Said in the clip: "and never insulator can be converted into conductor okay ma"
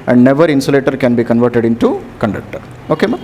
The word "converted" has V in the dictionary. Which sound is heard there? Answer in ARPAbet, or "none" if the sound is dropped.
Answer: V